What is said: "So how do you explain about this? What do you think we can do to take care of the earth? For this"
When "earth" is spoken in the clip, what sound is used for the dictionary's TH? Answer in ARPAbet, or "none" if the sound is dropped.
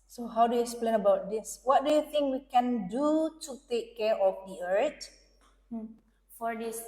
T